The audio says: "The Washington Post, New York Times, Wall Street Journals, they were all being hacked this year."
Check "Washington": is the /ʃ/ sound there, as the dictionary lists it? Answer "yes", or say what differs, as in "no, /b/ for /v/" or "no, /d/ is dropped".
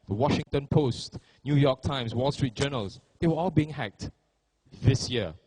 yes